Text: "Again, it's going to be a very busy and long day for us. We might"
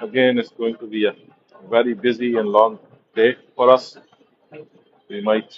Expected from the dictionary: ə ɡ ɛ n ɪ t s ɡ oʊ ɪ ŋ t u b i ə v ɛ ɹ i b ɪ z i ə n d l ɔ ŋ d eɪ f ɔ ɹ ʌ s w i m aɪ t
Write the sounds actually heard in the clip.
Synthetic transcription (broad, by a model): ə ɡ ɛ n ɪ t s ɡ oʊ ɪ ŋ t u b i ə v ɛ ɹ i b ɪ z i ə n l ɔ ŋ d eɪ f ɔ ɹ ʌ s w i m aɪ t